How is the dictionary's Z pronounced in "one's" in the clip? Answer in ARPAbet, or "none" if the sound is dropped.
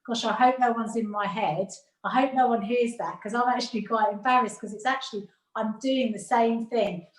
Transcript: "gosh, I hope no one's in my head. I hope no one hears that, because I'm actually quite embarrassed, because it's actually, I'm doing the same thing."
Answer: Z